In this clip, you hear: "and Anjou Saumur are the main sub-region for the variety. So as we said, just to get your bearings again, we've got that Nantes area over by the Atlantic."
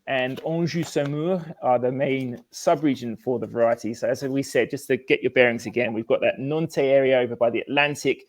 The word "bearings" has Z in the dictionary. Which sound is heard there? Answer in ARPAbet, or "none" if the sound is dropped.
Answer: Z